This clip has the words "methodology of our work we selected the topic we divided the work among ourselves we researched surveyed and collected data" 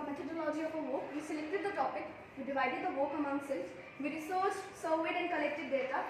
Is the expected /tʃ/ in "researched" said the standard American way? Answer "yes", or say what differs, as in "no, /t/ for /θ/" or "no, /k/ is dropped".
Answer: no, /s/ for /tʃ/